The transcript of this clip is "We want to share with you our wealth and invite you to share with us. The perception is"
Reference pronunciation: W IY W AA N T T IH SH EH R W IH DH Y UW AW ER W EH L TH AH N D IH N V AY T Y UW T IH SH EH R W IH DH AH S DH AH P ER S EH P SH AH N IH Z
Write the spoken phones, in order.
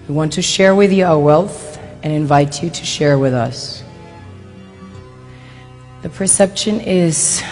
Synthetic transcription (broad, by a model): W IY W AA N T T IH SH EH R W IH DH Y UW AW ER W EH L TH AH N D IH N V AY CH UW T IH SH EH R W IH DH AH S DH AH P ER S EH P SH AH N IH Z